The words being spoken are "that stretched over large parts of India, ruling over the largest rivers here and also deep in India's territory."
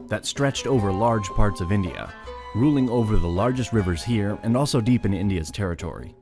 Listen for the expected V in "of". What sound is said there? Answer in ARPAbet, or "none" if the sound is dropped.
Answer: V